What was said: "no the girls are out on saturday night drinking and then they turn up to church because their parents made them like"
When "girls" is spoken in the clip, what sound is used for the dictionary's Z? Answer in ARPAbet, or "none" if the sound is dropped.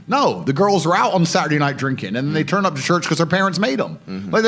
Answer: Z